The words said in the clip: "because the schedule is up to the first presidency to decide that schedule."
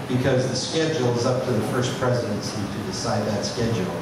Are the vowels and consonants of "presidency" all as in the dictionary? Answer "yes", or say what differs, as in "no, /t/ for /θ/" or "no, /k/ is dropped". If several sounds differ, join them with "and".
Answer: yes